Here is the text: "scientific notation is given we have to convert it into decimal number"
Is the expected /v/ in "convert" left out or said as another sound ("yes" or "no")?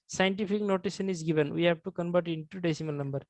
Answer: yes